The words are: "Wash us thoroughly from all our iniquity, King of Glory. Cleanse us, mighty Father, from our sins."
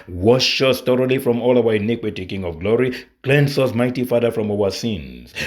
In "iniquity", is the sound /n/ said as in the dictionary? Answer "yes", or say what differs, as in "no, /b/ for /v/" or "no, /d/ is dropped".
yes